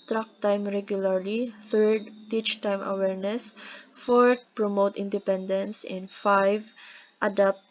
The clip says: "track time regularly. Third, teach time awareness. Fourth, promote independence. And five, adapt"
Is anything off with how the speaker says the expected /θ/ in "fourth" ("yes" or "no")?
yes